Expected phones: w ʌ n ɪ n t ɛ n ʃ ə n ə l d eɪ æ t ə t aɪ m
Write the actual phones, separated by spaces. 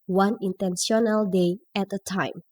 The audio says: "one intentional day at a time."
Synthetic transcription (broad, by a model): w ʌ n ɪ n t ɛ n s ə n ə l d eɪ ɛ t ə t aɪ m